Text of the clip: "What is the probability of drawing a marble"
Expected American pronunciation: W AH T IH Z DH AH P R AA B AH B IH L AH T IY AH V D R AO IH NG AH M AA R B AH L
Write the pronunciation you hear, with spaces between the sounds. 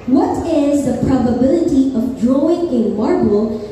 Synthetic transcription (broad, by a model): W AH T IH Z DH AH P R AA B AH B IH L AH T IY AH V D R AO IH NG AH M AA R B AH L